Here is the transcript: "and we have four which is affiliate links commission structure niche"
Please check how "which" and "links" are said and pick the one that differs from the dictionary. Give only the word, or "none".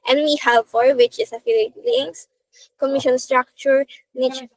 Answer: links